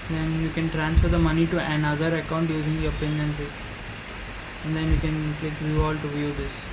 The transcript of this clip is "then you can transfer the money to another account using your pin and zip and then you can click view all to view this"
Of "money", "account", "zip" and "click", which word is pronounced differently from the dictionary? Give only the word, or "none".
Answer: zip